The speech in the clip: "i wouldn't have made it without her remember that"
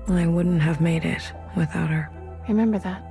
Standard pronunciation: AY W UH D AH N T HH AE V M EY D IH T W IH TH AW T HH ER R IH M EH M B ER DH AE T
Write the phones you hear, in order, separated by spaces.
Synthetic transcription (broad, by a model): AY W UH D N T HH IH V M EY D IH T W IH TH AW T HH ER R IH M EH M B ER DH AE T